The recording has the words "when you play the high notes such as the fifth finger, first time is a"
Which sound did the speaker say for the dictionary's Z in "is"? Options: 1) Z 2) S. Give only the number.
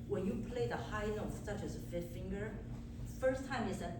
2